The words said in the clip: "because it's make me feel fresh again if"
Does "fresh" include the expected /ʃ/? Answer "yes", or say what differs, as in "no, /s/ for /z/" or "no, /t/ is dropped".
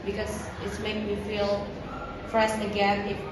no, /s/ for /ʃ/